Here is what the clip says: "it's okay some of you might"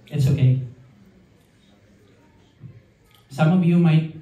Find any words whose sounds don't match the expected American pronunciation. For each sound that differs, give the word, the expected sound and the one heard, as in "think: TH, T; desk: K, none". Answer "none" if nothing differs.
of: V, B